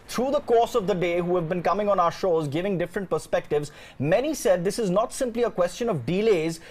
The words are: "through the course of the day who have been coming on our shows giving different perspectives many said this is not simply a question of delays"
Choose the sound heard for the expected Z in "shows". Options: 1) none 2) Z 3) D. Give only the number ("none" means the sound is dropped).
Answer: 2